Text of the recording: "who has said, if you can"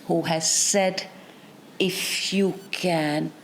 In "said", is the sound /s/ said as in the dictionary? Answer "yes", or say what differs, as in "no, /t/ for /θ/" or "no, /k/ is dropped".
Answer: yes